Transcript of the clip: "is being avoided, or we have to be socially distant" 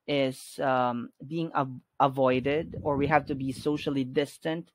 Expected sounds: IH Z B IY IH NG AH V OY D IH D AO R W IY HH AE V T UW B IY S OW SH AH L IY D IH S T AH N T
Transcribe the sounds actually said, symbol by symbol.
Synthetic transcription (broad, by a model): IH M B IY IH NG AH V OY D IH D AO R W IY HH AE V T UW B IY S OW SH AH L IY D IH S T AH N T